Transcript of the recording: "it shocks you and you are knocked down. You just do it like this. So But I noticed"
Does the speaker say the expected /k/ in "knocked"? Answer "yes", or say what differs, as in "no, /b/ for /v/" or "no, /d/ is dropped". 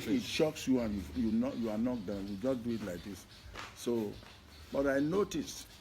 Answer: no, /k/ is dropped